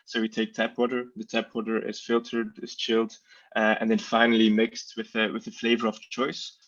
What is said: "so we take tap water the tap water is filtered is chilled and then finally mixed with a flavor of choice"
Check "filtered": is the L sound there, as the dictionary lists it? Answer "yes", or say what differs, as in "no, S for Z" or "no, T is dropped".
yes